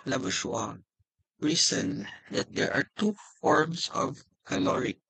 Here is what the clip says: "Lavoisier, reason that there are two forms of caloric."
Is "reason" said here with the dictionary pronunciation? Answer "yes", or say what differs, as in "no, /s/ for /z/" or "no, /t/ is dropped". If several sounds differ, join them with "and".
no, /s/ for /z/